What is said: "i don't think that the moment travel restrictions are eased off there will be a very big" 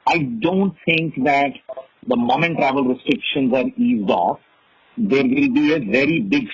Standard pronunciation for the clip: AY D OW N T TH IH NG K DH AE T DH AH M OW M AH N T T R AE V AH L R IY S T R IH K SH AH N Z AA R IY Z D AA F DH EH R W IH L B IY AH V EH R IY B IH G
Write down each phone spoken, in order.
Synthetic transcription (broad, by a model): AY D OW N T T IH NG K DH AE T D AH M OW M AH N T T R AE V AH L R IY S T R IH K SH AH N Z AA R IY Z D AA F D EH R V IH L B IY AH V EH R IY B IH G